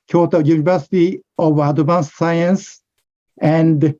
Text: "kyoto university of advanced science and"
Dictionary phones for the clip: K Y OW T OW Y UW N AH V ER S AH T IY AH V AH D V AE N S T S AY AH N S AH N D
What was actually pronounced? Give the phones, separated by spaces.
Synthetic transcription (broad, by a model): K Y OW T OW Y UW N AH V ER S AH T IY AH V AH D UW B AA S AY AH N S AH N D